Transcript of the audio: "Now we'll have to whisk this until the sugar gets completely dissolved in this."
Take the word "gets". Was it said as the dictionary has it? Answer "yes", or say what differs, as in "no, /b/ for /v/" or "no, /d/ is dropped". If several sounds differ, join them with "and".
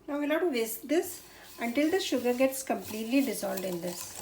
yes